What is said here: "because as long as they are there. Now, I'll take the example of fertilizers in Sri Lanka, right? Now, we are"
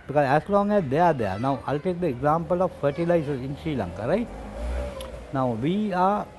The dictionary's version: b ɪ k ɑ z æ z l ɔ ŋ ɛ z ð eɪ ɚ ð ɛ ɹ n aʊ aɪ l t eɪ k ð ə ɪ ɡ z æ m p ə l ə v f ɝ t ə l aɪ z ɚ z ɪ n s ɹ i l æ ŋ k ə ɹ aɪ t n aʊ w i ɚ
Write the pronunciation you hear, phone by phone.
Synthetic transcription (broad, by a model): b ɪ k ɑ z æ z l ɔ ŋ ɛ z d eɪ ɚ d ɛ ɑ n aʊ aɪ l t eɪ k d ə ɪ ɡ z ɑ m p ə l ə v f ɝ t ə l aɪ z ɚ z ɪ n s i l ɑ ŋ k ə ɹ aɪ t n aʊ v i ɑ